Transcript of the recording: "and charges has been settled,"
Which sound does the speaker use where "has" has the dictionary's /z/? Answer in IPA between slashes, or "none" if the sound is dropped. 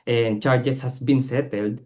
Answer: /s/